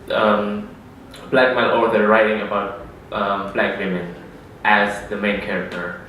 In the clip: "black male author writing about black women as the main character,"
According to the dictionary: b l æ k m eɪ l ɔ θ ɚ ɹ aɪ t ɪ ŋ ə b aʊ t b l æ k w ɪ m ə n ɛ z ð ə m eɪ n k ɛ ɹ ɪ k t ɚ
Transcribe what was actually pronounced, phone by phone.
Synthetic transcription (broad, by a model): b l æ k m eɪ n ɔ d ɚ ɹ aɪ t ɪ ŋ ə b aʊ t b l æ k w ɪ m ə n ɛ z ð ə m eɪ n k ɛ ɹ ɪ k t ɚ